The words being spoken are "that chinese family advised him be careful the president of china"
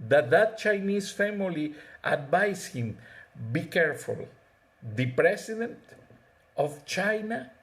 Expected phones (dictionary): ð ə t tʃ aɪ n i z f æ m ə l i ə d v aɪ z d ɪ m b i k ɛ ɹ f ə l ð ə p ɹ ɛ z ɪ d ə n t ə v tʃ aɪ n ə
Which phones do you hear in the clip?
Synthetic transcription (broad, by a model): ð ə t tʃ aɪ n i s f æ m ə l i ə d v aɪ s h ɪ m b i k ɛ ɹ f ə l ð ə p ɹ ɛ s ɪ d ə n t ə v tʃ aɪ n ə